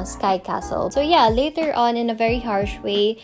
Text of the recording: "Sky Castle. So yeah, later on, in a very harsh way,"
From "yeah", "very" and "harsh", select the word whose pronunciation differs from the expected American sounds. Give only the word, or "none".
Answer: none